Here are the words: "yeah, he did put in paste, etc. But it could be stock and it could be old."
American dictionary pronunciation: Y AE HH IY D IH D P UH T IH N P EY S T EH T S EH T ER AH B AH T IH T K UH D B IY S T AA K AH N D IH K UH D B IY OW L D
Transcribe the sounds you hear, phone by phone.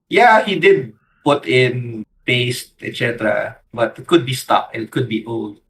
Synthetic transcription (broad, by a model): Y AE HH IY D IH D P UH T IH N P EY S T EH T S EH T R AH B AH T IH T K UH D B IY S T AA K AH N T K UH D B IY OW L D